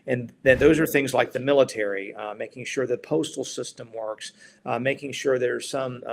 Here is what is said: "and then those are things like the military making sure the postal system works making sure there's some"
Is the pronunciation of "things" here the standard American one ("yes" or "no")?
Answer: yes